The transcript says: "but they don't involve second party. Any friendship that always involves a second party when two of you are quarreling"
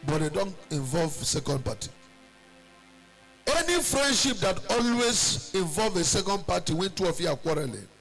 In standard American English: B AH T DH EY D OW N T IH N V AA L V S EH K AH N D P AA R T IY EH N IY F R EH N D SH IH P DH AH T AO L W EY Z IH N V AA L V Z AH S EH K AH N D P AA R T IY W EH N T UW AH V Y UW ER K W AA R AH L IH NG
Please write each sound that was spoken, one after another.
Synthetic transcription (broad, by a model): B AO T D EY D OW N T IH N V AA L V S EH K AH N D P AA T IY EH N IY F R EH N D SH IH P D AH T AO L W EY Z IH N V AA L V AH S EH K AH N D P AA T IY W EH N T UW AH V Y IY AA K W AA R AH L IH